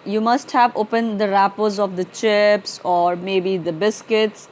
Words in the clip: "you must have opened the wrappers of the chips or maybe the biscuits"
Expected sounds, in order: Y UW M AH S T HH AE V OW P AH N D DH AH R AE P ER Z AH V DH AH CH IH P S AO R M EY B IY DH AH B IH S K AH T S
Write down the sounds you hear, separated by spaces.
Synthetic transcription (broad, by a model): Y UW M AH S T HH AE V OW P AH N D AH R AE P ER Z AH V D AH CH IH P S AO R M EY B IY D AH B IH S K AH T S